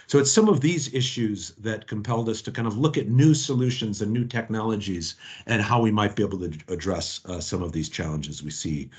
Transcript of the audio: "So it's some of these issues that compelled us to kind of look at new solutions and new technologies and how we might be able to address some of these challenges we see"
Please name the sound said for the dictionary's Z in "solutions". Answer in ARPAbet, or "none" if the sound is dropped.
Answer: Z